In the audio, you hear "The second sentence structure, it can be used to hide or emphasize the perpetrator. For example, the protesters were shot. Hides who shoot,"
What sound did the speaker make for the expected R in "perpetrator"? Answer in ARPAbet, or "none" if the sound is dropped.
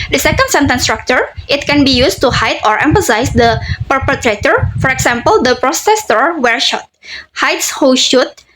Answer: R